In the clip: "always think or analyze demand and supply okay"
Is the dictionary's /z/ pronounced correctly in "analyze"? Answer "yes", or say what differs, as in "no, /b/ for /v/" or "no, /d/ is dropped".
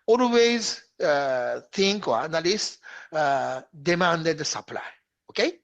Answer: no, /s/ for /z/